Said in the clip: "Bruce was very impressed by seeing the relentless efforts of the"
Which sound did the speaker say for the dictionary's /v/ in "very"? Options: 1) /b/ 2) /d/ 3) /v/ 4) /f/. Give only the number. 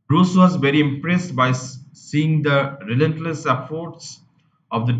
3